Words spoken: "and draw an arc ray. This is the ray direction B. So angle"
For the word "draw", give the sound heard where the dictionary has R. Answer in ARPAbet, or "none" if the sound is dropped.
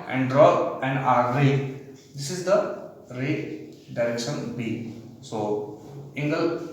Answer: R